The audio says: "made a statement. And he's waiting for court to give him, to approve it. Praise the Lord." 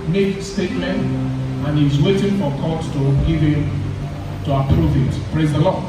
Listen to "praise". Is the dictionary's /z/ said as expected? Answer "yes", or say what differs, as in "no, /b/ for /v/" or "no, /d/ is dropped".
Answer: yes